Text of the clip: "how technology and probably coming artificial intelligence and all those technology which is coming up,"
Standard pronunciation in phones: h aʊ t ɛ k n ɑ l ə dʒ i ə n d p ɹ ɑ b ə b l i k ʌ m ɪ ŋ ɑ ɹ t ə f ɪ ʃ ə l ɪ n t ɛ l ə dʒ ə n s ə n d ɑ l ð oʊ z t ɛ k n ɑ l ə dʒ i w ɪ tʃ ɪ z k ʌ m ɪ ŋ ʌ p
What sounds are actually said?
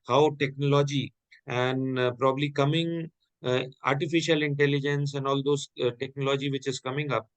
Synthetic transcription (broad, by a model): h aʊ t ɛ k n ɑ l ə dʒ i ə n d p ɹ ɑ b ə b l i k ʌ m ɪ ŋ ɑ ɹ t ə f ɪ ʃ ə l ɪ n t ɛ l ə dʒ ə n s ə n d ɑ l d oʊ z t ɛ k n ɑ l ə dʒ i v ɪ tʃ ɪ z k ʌ m ɪ ŋ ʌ p